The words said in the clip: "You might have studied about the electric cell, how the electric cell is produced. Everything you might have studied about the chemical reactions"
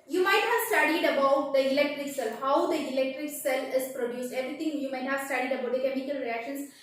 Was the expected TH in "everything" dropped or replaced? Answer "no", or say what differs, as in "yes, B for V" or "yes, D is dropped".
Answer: yes, T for TH